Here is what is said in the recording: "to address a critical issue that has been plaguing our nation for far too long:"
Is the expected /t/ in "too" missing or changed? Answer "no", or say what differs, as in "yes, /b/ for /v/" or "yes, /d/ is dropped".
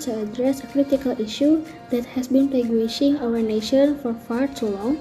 yes, /s/ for /t/